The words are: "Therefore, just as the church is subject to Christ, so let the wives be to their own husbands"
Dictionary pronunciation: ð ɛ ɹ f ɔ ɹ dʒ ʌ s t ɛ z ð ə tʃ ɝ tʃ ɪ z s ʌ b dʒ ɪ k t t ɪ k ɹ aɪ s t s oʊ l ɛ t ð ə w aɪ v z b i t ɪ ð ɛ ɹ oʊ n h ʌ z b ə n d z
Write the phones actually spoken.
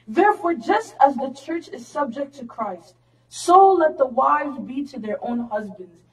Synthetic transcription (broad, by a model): ð ɛ ɹ f ɔ ɹ dʒ ʌ s t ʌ z ð ə tʃ ɝ tʃ ɪ z s ʌ b dʒ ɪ k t t ɪ k ɹ aɪ s t s oʊ l ɛ t ð ə w aɪ v z b i t ɪ ð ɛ ɹ oʊ n h ʌ z b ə n d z